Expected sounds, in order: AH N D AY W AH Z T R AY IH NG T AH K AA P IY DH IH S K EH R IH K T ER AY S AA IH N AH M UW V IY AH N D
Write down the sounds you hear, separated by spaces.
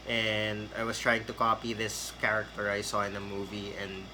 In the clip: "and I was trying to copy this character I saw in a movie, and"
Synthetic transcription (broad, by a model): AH N D AY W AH S T R AY IH NG T AH K AA P IY DH IH S K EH R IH K T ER AY S AA IH N AH M UW V IY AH N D